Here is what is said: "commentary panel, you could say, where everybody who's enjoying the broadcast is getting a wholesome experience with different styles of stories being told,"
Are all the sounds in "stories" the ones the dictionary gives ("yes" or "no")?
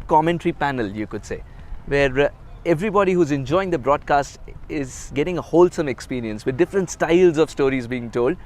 yes